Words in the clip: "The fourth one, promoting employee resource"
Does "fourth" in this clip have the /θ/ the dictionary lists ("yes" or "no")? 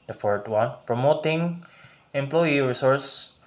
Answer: no